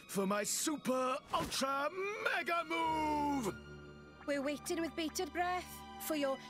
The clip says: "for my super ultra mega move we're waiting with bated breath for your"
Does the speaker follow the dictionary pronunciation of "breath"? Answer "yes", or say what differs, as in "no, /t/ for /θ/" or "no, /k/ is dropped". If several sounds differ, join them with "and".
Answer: yes